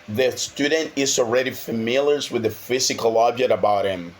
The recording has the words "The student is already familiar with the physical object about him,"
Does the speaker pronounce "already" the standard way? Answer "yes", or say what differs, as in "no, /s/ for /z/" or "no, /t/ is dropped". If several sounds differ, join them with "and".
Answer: yes